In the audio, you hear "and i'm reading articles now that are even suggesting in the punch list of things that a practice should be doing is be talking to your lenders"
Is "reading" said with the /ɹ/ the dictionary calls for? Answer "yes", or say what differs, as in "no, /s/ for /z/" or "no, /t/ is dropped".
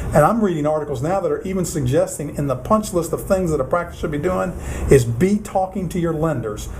yes